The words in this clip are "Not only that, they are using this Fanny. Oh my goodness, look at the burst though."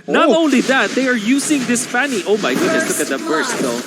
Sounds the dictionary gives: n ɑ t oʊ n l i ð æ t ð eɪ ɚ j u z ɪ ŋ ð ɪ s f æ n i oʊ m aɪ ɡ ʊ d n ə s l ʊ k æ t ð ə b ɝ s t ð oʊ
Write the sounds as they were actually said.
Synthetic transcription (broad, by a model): n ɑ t oʊ n l i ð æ t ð eɪ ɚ j u s ɪ ŋ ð ɪ s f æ n i oʊ m aɪ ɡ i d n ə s l ʊ k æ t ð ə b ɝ s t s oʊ